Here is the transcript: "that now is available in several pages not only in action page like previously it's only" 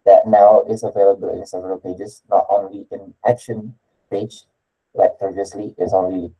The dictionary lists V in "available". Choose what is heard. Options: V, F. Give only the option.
V